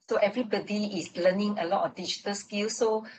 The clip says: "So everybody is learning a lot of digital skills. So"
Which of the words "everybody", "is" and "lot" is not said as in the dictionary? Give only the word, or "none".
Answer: is